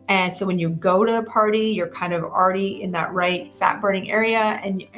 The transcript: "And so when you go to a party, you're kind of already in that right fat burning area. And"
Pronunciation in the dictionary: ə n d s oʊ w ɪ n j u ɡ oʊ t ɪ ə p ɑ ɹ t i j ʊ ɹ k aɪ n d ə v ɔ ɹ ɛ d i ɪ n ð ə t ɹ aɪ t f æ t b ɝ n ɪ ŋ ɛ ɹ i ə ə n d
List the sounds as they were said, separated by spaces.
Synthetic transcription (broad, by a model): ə n s oʊ w ɪ n j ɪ ɡ oʊ t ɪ ə p ɑ ɹ t i j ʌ ɹ k aɪ n d ə v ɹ ɛ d i ɪ n ð ə t ɹ aɪ t f æ t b ɝ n ɪ ŋ ɛ ɹ i ə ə n